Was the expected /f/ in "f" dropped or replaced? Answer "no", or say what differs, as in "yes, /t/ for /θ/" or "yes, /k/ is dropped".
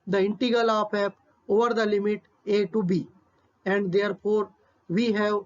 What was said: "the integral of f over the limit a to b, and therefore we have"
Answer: yes, /p/ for /f/